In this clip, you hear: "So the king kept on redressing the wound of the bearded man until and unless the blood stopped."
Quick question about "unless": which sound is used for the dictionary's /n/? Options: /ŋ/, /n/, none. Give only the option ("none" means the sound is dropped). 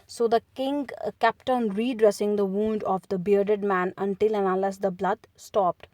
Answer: none